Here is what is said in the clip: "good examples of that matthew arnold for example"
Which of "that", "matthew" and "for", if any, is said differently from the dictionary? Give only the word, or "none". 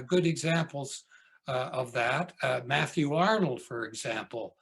none